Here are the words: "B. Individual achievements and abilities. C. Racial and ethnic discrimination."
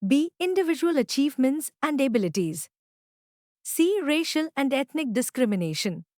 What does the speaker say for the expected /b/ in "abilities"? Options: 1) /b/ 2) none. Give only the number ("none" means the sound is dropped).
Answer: 1